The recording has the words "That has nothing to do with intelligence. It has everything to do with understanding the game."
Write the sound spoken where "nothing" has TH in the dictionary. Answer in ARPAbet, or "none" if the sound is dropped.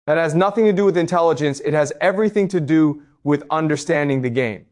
TH